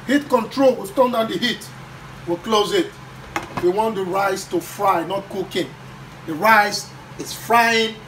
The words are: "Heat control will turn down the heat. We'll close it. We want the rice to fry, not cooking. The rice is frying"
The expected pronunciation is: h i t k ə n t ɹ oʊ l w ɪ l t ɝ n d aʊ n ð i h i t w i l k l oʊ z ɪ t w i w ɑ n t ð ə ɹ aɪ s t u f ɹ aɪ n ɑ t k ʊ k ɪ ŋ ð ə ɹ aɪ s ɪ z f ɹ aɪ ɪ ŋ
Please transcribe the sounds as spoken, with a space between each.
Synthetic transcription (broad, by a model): h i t k ə n t ɹ oʊ l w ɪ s t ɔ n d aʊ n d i h i t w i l k l oʊ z ɪ t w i w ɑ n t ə ɹ aɪ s t u f ɹ aɪ n ɑ t k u k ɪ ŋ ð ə ɹ aɪ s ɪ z f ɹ aɪ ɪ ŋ